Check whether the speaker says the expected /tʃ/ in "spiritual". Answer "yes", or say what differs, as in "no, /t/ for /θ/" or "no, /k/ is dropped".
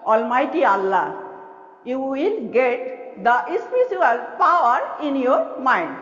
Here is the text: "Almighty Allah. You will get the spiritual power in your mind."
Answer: no, /s/ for /tʃ/